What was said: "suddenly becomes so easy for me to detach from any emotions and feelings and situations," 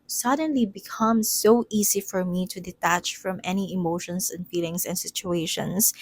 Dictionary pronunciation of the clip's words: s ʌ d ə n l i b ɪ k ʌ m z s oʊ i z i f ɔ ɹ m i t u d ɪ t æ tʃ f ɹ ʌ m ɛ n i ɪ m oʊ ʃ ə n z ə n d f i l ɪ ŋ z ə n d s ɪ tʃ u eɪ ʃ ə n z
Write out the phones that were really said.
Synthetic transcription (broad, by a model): s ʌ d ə n l i b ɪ k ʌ m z s oʊ i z i f ɔ ɹ m i t u d ɪ t æ tʃ f ɹ ʌ m ɛ n i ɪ m oʊ ʃ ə n s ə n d f i l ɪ ŋ s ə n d s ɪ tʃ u eɪ ʃ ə n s